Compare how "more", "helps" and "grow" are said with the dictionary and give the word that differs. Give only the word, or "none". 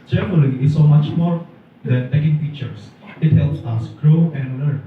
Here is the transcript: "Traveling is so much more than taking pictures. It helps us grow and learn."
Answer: none